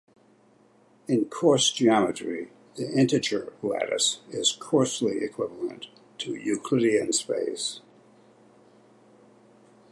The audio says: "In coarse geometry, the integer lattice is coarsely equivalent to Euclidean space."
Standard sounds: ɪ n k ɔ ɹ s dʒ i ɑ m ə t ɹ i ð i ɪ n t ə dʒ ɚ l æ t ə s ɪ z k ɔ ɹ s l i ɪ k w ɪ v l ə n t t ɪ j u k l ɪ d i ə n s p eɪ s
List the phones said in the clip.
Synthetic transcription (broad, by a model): ɪ n k ɔ ɹ s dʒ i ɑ m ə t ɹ i ð i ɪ n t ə tʃ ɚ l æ t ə s ɪ z k ɔ ɹ s l i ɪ k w ɪ v l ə n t t ɪ j u k l ɪ d i ə n s p eɪ s